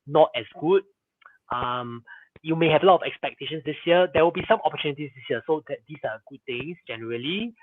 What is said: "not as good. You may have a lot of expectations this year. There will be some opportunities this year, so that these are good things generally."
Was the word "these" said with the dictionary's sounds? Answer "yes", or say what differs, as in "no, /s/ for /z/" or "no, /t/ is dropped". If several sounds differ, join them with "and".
no, /s/ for /z/